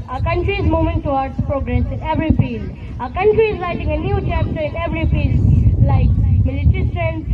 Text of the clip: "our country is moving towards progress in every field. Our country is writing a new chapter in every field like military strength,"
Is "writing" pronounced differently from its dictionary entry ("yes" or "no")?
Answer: yes